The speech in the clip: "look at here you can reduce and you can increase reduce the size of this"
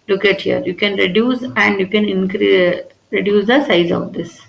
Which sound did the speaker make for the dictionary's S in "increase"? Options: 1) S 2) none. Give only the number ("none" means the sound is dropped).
2